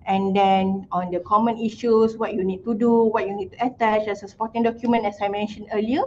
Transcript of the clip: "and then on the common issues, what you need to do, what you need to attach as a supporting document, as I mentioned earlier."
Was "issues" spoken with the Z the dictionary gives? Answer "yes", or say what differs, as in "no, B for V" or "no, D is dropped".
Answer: no, S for Z